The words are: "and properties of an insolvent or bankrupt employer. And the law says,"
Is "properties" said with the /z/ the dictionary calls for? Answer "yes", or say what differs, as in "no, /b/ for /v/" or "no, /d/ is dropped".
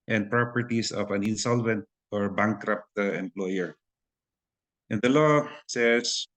no, /s/ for /z/